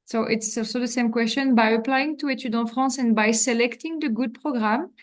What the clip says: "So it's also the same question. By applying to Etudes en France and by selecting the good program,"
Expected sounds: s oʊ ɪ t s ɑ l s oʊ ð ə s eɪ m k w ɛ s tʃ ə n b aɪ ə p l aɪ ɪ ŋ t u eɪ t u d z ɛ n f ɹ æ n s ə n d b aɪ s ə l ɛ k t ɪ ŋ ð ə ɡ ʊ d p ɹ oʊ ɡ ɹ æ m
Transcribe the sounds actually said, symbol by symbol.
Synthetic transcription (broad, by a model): s oʊ ɪ t s ɑ l s oʊ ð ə s eɪ m k w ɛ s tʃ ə n b aɪ ə p l aɪ ɪ ŋ t u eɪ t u d ɑ f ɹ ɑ s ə n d b aɪ s ə l ɛ k t ɪ ŋ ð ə ɡ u d p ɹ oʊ ɡ ɹ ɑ m